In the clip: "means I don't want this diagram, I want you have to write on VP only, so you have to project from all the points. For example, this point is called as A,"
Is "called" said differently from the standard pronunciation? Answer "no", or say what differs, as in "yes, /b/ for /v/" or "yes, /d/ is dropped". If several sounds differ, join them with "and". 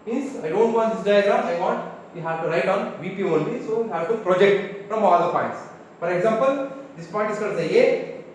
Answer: yes, /l/ is dropped